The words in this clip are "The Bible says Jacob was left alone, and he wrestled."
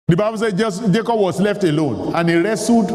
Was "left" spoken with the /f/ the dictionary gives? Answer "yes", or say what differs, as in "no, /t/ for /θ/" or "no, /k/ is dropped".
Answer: yes